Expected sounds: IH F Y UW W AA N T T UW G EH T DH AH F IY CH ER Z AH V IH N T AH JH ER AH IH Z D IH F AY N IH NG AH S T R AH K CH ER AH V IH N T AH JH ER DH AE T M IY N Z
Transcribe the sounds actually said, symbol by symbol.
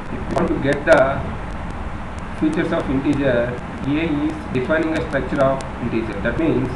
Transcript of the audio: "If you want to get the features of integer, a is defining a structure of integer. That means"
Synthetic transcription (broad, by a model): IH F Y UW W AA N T T UW G EH T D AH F IY CH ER S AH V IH N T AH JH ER AH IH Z D IH F AY N IH NG AH S T R AH K CH ER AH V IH N T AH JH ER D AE T M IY N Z